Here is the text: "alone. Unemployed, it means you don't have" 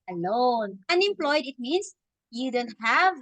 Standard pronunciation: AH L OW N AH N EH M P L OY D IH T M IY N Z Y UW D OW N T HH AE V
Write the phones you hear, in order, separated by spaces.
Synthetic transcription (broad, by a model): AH L OW N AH N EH M P L OY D IH T M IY N S Y UW D OW N T HH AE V